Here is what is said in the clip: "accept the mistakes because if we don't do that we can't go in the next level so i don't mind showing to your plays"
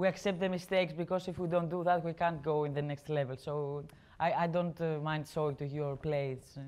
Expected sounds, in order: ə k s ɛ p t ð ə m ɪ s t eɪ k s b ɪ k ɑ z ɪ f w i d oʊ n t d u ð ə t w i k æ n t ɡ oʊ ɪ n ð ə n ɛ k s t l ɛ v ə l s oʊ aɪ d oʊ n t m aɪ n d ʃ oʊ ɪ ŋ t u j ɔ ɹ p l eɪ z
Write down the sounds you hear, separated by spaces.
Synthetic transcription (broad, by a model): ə k s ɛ p t ð ə m ɪ s t eɪ k s b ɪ k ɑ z ɪ f w i d oʊ n t d u ð ə t w i k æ n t ɡ oʊ ɪ n ð ə n ɛ k s t l ɛ v ə l s oʊ aɪ d oʊ n t m aɪ n d s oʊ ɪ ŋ t u j ɔ ɹ p l eɪ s